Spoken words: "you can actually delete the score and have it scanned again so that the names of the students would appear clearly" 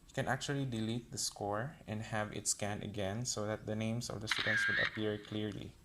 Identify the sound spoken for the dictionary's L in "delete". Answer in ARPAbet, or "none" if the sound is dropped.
L